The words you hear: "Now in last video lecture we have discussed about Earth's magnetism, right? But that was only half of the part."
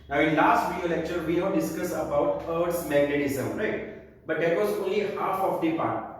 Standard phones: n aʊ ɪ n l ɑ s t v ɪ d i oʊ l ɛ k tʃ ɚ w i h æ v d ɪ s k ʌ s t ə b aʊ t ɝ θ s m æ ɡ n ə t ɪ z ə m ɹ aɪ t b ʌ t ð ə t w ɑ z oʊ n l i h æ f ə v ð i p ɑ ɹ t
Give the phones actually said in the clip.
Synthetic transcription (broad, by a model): n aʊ ɪ n l ɑ s t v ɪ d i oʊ l ɛ k tʃ ɚ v i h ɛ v d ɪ s k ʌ s ə b aʊ t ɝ t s m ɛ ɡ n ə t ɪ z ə m ɹ aɪ t b ʌ t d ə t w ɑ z oʊ n l i h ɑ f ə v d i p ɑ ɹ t